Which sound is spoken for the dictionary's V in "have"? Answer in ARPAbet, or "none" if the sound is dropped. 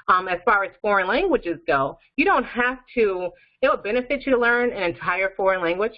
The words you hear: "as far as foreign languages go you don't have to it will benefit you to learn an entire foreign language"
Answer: F